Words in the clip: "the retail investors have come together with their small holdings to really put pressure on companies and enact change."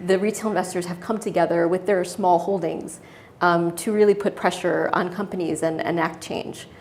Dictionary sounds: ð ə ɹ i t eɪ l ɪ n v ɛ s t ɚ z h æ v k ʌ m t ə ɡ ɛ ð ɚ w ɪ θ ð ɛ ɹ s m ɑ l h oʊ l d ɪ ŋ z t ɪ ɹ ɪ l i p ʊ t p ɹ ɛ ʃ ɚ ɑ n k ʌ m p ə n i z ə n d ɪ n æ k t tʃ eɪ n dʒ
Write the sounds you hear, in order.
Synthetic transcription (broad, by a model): ð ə ɹ i t eɪ l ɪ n v ɛ s t ɚ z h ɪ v k ʌ m t ə ɡ ɛ ð ɚ w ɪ ð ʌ ɹ s m ɑ l h oʊ l d ɪ ŋ z t ɪ ɹ ɪ l i p ʊ t p ɹ ɛ ʃ ɚ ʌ n k ʌ m p ə n i z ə n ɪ n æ k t tʃ eɪ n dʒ